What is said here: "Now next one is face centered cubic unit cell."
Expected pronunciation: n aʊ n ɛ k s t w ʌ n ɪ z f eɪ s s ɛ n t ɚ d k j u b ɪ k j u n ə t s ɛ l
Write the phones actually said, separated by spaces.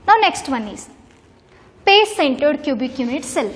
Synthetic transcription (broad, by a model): n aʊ n ɛ k s t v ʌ n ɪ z p eɪ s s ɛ n t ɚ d k j u b ɪ k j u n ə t s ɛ l